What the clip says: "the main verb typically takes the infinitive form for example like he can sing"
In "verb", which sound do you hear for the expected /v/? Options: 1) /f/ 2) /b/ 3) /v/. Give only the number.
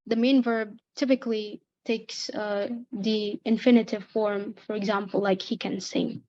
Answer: 3